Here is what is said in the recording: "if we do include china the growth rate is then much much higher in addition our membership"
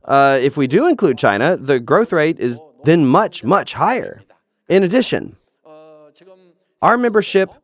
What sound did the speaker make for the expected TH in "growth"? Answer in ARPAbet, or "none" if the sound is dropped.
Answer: TH